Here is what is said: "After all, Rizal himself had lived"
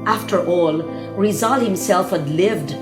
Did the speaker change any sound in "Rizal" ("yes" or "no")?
no